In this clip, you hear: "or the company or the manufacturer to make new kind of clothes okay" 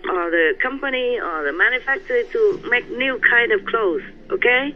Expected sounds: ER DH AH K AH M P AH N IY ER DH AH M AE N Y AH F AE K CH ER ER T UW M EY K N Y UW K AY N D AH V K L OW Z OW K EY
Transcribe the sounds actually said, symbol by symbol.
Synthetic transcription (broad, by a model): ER DH AH K AH M P AH N IY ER DH AH M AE N Y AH F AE K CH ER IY T UW M EY K N Y UW K AY N D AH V K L OW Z OW K EY